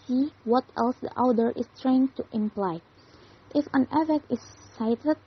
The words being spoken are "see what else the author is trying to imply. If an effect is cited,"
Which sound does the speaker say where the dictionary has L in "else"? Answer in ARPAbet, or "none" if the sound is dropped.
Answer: L